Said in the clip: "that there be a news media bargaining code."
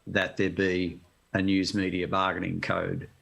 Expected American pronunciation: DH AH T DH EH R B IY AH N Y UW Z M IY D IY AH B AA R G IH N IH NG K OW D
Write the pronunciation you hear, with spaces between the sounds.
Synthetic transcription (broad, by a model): DH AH T DH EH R B IY AH N Y UW Z M IY D IY AH B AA G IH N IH NG K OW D